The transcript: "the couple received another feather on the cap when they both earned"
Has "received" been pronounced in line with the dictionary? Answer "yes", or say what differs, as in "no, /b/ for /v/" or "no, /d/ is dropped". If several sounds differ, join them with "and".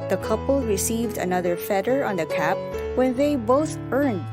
yes